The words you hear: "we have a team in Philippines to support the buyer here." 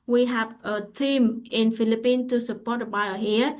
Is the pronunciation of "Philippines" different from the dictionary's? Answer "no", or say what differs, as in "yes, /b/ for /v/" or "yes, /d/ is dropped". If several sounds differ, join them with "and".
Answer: yes, /z/ is dropped